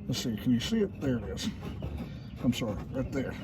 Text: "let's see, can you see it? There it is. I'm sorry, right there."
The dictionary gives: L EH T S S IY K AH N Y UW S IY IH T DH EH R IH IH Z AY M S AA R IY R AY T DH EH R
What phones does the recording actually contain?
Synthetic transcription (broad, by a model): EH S S IY K AH N Y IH S IY IH T DH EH R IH IH Z AY M S AA R IY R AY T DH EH R